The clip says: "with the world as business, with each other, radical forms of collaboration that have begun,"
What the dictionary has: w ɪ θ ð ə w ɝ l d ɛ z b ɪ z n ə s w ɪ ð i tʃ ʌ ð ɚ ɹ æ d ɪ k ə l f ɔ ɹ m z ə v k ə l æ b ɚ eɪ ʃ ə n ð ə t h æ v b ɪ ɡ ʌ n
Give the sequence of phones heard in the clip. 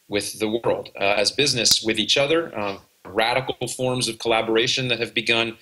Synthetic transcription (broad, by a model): w ɪ ð ə w ɝ l d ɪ z b ɪ z n ə s w ɪ ð i tʃ ʌ ð ɚ ɹ æ d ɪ k l f ɔ ɹ m z ə v k ə l æ b ɚ eɪ ʃ ə n ð ə t h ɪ v b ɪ ɡ ʌ n